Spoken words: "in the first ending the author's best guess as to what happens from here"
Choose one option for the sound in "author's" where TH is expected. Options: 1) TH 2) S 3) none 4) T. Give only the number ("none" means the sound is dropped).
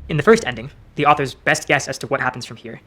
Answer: 1